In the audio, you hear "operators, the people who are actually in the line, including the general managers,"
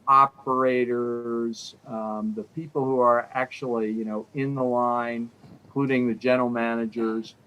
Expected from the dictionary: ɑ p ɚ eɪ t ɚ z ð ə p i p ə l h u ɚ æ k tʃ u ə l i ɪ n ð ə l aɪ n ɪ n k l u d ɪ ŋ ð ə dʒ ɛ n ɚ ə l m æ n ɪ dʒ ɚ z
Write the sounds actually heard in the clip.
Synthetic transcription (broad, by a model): ɑ p ɚ eɪ t ɚ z ð ə p i p l h u ɚ æ k tʃ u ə n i ɪ n ð ə l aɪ ɪ n k l u d ɪ ŋ ð ə dʒ ɛ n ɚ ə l m æ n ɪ dʒ ɚ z